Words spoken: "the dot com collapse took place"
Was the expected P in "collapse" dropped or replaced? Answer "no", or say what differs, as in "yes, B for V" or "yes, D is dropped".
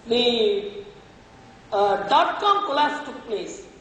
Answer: yes, P is dropped